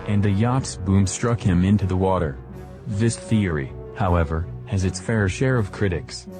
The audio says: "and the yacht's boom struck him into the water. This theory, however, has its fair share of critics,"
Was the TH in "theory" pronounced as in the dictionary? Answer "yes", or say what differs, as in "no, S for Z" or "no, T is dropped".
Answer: yes